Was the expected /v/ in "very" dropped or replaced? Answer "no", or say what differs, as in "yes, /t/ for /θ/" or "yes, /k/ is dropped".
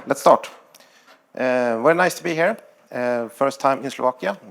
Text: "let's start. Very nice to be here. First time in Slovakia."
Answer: yes, /w/ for /v/